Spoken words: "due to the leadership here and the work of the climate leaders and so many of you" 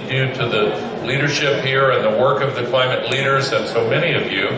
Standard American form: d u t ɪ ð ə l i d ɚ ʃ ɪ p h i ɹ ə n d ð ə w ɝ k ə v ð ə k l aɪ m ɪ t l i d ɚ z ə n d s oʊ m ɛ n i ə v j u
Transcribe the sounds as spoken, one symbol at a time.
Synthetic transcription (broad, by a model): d u t ɪ ð ə l i d ɚ ʃ ɪ p h i ɹ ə n ð ə w ɝ k ə v ð ə k l aɪ m ɪ t l i d ɚ z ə n s oʊ m ɛ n i ə v j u